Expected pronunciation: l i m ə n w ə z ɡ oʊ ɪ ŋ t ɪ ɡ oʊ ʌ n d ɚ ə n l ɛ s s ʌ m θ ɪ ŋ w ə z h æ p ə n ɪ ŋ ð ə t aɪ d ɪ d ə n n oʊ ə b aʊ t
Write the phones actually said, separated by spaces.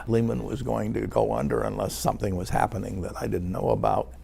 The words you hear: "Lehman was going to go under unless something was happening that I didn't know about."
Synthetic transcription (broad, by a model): l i m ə n w ə z ɡ oʊ ɪ ŋ t ɪ ɡ oʊ ʌ n d ɚ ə n l ɛ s s ʌ m θ ɪ ŋ w ə z h æ p ə n ɪ ŋ ð ə t aɪ d ɪ d n n oʊ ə b aʊ t